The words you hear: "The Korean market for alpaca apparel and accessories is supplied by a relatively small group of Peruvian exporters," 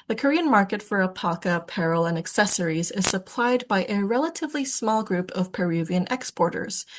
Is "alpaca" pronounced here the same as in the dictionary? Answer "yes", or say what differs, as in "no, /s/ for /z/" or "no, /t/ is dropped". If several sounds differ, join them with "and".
no, /l/ is dropped